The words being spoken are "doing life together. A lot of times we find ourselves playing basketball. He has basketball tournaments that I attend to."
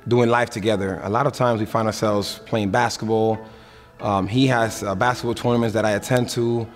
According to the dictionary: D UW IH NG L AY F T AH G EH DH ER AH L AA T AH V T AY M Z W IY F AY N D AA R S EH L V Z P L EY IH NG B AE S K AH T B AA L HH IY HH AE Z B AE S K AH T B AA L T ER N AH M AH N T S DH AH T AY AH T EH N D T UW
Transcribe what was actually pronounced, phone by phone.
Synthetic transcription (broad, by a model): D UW IH NG L AY F T AH G EH DH ER AH L AA T AH V T AY M Z W IY F AY N D AA R S EH L V Z P L EY IH NG B AE S K AH T B AA L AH IY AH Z B AE S K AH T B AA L T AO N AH M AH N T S DH AH T AY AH T EH N T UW